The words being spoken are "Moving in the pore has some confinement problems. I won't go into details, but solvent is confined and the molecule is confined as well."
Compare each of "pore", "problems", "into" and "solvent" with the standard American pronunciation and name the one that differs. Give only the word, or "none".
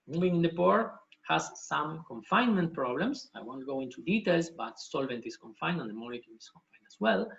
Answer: problems